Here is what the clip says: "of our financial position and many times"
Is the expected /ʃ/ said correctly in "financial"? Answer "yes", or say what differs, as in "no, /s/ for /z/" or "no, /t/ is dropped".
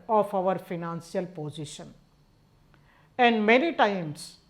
no, /s/ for /ʃ/